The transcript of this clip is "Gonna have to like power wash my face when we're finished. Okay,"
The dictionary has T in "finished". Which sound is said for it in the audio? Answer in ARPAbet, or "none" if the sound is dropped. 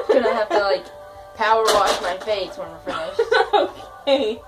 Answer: none